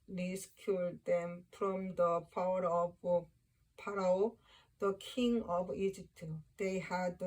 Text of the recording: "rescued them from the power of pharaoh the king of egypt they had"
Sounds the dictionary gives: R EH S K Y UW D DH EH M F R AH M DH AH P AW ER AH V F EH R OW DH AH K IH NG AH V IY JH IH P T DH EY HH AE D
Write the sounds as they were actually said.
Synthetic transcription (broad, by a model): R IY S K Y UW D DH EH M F R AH M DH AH P AW ER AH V P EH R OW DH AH K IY NG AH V IY JH IH P T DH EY HH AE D